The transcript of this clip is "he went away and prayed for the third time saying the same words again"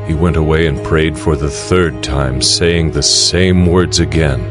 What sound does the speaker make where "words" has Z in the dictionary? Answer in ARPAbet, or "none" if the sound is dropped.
Z